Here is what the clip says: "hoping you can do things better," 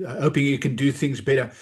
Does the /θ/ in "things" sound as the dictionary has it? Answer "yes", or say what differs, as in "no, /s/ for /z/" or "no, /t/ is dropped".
yes